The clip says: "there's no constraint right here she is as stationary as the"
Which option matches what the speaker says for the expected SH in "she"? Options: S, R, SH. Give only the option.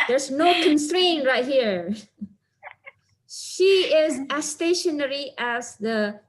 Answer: SH